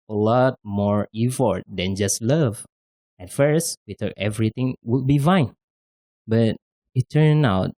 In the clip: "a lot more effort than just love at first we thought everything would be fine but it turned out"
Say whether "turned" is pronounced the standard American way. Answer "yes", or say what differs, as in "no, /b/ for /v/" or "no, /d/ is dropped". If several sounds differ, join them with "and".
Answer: no, /d/ is dropped